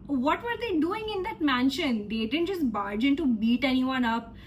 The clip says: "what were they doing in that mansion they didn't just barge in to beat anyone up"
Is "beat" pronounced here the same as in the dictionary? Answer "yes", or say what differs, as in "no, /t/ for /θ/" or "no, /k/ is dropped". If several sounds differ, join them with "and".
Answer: yes